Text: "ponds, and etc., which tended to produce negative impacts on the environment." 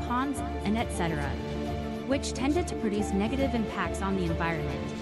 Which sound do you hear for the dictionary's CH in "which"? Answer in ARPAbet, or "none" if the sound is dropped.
CH